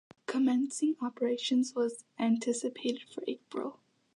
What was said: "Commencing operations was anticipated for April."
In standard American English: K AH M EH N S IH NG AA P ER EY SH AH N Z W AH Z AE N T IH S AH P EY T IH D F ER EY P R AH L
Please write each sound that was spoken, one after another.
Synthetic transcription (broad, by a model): K AH M EH N S IH NG AA P ER EY SH AH N Z W AH Z AE N T IH S AH P EY T IH D F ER EY P R AH L